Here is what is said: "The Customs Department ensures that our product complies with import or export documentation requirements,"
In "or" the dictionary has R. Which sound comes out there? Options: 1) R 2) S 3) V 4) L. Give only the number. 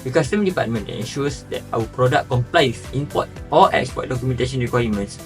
4